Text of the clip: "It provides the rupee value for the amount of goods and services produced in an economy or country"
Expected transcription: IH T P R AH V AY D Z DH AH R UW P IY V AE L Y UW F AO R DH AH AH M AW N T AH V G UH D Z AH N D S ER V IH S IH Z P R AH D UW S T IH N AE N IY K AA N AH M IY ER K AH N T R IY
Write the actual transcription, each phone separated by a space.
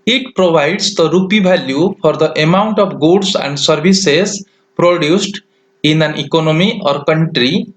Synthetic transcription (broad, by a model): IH T P R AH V AY D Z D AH R UW P IY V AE L Y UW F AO R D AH AH M AW N T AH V G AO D S AH N D S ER B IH S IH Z P R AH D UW S T IH N AE N IY K AA N AH M IY ER K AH N T R IY